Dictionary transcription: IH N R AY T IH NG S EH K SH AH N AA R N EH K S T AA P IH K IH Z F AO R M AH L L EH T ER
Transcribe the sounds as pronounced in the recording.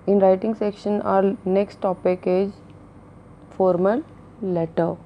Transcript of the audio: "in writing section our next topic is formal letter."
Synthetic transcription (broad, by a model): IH N R AY T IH NG S EH K SH AH N AA R N EH K S T AA P IH K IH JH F AO R M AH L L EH T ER